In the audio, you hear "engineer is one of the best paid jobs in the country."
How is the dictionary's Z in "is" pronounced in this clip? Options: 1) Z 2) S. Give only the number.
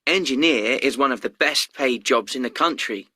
1